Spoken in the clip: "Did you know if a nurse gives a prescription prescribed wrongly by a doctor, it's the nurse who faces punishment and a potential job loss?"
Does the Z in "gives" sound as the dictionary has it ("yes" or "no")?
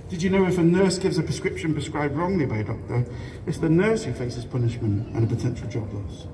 yes